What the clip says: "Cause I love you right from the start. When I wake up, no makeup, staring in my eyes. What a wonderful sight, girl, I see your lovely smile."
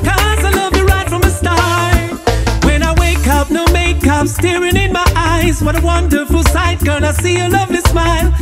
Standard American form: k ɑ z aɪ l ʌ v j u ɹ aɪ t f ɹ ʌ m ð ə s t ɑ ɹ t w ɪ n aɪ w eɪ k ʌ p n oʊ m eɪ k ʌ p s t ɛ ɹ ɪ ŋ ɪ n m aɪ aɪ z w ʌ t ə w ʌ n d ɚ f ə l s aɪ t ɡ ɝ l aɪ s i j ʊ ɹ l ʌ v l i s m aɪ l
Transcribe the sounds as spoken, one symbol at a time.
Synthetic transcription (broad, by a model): k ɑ z aɪ l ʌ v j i ɹ aɪ t f ɹ ʌ m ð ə s t ɑ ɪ w ɪ n aɪ w eɪ k ʌ p n oʊ m eɪ k ʌ p s t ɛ ɹ ɪ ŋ ɪ n m aɪ aɪ z w ʌ t ə w ʌ n d ɚ f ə l s aɪ t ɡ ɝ n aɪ s i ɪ l ʌ v l i s m aɪ l